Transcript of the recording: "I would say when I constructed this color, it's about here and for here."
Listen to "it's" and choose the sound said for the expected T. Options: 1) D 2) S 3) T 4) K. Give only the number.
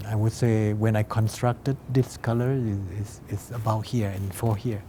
2